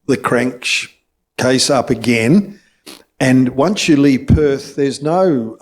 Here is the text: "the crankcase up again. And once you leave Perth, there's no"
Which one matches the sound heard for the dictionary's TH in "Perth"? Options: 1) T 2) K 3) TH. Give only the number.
3